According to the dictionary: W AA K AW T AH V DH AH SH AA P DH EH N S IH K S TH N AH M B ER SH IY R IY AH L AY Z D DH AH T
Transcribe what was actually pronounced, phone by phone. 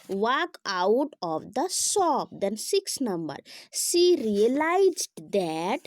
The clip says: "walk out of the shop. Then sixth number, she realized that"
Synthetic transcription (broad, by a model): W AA K AW T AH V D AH S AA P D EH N S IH K S N AH M B ER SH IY R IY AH L AY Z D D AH T